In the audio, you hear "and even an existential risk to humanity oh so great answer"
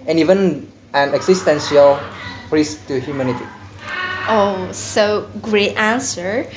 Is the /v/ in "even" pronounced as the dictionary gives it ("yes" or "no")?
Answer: yes